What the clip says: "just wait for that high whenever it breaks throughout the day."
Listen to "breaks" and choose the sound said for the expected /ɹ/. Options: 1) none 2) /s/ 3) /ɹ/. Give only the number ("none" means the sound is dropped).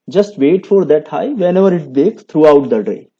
1